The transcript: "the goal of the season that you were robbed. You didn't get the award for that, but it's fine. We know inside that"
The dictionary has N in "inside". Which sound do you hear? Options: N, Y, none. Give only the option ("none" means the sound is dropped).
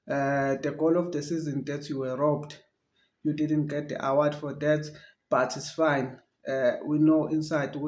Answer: N